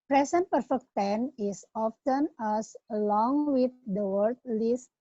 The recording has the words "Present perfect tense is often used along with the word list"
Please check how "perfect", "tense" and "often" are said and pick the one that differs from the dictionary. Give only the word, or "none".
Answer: tense